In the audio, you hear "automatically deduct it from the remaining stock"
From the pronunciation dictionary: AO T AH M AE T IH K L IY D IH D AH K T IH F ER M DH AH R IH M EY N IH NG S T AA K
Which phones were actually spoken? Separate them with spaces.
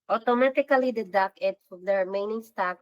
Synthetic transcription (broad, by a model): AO T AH M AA T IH K L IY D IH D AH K IH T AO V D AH R IH M EY N IH NG S T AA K